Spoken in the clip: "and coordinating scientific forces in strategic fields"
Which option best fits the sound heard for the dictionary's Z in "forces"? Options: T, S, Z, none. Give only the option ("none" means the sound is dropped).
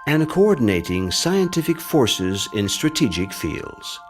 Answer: Z